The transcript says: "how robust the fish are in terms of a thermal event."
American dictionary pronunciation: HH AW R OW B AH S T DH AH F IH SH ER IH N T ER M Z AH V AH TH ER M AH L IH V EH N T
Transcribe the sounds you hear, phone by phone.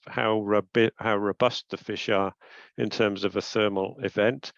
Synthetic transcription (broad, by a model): HH AW R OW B AH S T DH AH F IH SH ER IH N T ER M Z AH V AH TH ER M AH L IH V EH N T